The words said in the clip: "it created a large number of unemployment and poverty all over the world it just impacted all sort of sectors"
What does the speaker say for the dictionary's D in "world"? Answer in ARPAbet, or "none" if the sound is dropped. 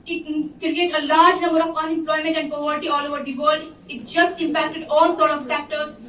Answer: none